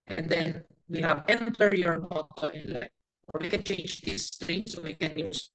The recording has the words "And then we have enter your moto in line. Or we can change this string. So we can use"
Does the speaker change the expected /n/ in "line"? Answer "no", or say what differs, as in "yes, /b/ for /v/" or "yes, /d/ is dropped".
yes, /n/ is dropped